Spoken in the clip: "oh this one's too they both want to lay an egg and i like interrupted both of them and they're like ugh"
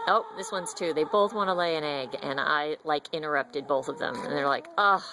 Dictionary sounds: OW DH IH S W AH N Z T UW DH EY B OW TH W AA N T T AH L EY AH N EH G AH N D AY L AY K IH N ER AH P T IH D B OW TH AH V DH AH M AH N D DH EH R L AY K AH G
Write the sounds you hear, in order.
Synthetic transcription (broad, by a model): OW DH IH S W AH N Z T UW DH EY B OW TH W AA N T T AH L EY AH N EH G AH N AY L AY K IH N ER AH P T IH D B OW TH AH V DH AH M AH N DH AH R L AY K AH